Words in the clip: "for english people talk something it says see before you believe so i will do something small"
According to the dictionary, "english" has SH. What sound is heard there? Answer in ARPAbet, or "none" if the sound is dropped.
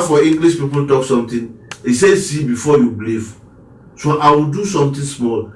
S